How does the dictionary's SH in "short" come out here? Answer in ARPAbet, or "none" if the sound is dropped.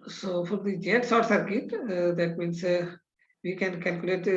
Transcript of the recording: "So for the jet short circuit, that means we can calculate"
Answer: S